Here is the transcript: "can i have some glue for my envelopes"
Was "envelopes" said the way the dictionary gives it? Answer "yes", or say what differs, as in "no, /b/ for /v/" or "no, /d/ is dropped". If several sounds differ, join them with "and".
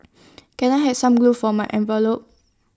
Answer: no, /s/ is dropped